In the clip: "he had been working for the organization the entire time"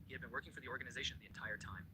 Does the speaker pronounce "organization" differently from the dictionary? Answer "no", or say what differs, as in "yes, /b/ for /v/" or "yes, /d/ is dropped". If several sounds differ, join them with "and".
no